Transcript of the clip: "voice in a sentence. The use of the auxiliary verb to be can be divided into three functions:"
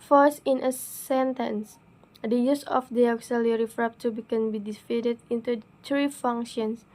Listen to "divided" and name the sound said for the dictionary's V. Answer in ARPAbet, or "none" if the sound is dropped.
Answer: F